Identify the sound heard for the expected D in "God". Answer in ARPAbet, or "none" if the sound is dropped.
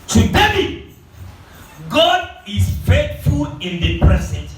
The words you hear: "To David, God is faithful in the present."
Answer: D